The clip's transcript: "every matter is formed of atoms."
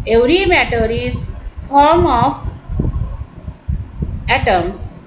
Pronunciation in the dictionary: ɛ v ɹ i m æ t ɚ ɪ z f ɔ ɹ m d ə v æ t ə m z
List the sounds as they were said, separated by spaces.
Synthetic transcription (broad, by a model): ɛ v ɹ i m æ t ɚ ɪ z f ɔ ɹ m ə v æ t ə m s